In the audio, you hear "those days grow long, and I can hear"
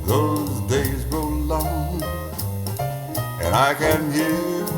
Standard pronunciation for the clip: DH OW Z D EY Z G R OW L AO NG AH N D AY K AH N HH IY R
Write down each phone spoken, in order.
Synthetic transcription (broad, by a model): DH OW Z D EY Z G OW L AO NG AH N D AY K AH N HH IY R